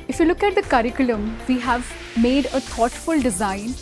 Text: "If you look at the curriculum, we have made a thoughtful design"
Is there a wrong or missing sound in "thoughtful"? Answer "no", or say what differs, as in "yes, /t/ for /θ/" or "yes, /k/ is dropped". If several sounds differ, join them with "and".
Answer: yes, /t/ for /θ/